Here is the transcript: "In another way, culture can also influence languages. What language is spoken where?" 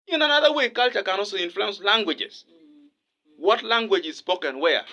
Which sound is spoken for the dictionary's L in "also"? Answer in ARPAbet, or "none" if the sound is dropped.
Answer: none